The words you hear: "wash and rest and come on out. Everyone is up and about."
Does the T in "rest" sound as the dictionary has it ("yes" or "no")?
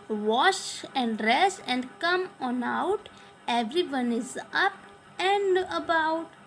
no